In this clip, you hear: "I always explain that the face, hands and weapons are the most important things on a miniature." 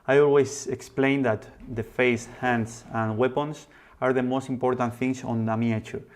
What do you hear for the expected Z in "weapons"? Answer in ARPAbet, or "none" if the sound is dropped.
S